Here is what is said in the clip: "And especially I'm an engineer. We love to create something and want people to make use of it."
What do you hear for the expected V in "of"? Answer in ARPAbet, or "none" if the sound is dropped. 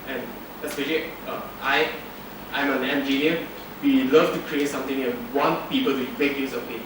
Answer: P